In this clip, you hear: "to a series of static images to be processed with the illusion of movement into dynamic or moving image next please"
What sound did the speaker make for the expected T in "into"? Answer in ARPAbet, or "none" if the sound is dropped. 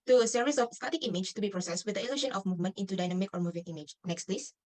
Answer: T